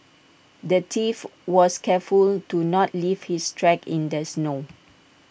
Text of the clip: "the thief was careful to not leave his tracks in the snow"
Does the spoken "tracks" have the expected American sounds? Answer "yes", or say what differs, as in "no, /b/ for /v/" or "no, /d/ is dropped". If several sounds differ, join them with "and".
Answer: no, /s/ is dropped